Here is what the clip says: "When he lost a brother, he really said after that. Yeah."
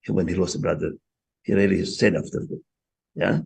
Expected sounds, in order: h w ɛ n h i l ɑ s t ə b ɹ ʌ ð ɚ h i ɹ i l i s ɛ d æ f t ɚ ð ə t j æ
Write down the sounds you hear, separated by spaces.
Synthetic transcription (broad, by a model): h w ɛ n h i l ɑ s ə b ɹ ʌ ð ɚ h i ɹ i l i s ɛ d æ f t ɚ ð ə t j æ